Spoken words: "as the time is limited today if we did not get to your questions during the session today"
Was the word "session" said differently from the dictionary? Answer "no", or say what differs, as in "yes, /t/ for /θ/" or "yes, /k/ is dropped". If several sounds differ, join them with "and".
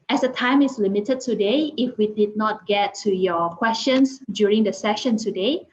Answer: no